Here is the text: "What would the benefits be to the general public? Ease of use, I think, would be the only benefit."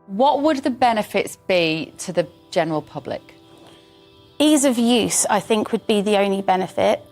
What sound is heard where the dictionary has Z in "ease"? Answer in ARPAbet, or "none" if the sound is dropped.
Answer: Z